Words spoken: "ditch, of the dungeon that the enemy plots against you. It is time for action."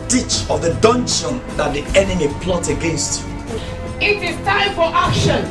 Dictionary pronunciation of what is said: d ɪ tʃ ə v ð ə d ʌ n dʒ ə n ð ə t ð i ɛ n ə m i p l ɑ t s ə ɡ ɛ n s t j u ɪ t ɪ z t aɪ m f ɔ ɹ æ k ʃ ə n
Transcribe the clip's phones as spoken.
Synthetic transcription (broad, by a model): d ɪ tʃ ə v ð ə d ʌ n ʃ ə n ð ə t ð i ɛ n ə m i p l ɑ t ə ɡ ɛ n s t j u ɪ t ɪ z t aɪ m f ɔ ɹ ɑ k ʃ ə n